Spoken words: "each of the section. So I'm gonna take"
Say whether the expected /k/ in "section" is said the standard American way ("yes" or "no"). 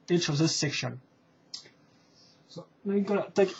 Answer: yes